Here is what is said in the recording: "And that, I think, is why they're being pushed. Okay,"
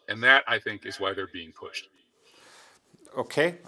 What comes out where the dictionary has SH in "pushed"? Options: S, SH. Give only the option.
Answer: SH